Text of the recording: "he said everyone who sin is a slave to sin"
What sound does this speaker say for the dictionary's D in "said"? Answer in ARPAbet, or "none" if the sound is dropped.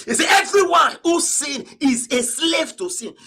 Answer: none